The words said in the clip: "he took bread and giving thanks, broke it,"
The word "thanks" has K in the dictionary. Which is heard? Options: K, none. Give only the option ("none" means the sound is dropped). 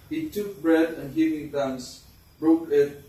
none